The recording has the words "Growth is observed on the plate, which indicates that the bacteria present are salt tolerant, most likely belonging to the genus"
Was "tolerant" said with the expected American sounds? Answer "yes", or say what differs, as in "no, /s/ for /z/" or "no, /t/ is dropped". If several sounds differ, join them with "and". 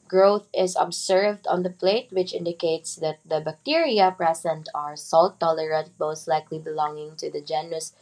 no, /n/ is dropped